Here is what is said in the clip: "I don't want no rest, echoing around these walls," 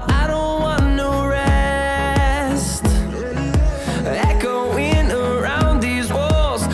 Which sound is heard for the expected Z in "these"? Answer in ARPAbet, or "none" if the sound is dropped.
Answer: Z